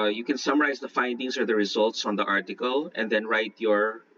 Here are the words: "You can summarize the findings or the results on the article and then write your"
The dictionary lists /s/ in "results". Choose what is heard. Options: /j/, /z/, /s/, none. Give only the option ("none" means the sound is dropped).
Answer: /s/